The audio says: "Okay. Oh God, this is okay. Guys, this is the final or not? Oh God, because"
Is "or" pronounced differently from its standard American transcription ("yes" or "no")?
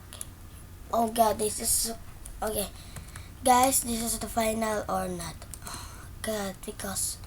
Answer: no